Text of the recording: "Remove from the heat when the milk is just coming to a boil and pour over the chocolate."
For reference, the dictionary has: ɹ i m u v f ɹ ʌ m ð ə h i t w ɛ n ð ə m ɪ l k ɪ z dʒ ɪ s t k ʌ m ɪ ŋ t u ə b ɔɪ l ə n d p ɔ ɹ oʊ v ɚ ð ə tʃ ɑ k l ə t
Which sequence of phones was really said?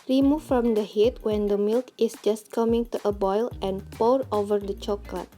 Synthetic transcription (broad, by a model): ɹ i m u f ɹ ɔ m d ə h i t w ɛ n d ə m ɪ l k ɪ s dʒ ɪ s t k ʌ m ɪ ŋ t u ə b ɔɪ l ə n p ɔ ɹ oʊ v ɚ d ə tʃ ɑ k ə t